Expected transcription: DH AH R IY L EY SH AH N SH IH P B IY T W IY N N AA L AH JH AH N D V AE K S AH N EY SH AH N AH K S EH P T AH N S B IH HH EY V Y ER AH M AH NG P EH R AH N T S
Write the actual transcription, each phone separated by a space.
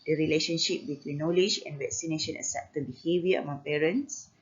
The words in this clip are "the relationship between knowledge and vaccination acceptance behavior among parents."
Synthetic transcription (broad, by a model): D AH R IY L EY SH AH N SH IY P B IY T W IY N N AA L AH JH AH N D V AE K S AH N EY SH AH N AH S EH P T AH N B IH HH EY V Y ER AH M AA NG P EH R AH N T S